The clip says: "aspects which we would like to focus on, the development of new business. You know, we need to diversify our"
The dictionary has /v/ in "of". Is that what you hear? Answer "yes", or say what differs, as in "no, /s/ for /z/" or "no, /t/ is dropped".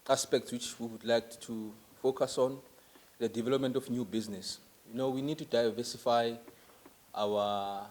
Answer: no, /f/ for /v/